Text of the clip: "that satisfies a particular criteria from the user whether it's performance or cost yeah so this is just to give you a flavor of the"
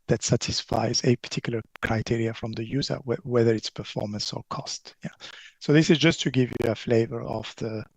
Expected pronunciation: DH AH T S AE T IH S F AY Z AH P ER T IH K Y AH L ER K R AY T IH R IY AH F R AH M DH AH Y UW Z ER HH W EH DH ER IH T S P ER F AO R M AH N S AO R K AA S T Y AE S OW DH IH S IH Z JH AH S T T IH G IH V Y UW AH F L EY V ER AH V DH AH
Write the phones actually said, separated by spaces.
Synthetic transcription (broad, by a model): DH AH T S AE T IH S F AY Z AH P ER T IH K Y L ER K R AY T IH R IY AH F R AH M DH AH Y UW Z ER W W EH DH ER IH T S P ER F AO R M AH N S AO R K AA S T Y AE S OW DH IH S IH Z JH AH S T T IH G IH V Y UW AH F L EY V ER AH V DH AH